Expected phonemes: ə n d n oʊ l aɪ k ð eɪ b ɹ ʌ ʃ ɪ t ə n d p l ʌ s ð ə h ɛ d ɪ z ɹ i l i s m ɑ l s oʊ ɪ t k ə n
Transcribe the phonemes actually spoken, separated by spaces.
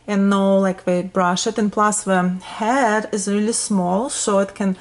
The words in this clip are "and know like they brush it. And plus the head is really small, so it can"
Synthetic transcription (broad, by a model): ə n n oʊ l aɪ k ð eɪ b ɹ ʌ ʃ ɪ t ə n p l ʌ s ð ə h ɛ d ɪ z ɹ i l i s m ɑ l s oʊ ɪ t k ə n